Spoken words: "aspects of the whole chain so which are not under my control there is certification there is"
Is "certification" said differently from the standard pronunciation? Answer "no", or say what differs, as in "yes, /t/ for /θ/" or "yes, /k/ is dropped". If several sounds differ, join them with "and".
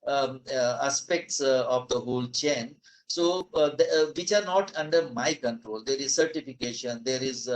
no